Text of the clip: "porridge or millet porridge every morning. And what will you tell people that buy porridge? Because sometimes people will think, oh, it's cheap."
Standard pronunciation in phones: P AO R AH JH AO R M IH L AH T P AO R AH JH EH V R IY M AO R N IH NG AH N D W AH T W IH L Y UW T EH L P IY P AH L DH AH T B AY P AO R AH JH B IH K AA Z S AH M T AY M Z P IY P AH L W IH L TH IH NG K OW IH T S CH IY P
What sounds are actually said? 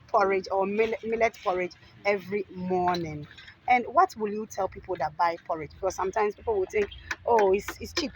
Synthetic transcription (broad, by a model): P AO R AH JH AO L M IH L AH T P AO R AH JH EH V R IY M AO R N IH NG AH N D W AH T W IH L Y UW T EH L P IY P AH L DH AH T B AY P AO R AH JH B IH K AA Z S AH M T AY M S P IY P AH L W IH L TH IH NG K OW IH T S CH IY P